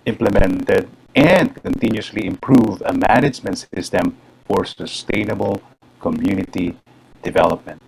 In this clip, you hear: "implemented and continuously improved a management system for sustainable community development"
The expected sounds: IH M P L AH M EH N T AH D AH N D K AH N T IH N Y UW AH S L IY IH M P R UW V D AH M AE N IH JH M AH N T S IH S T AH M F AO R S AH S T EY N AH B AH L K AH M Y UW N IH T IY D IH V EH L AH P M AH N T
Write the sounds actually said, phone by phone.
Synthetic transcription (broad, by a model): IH M P L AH M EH N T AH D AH N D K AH N T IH N Y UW S L IY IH M P R UW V AH M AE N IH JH M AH N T S IH S T AH M F AO R S AH S T EY N AH B AH L K AH M Y UW N IH T IY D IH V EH L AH P M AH N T